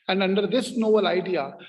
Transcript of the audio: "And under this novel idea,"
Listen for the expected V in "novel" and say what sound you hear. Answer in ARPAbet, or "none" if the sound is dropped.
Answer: B